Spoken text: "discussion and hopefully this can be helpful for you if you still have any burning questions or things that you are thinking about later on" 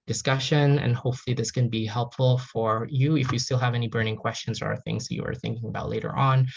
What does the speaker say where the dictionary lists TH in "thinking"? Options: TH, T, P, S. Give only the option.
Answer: TH